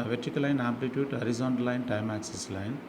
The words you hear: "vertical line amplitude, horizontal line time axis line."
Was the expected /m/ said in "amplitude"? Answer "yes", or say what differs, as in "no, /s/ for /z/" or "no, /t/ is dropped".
no, /m/ is dropped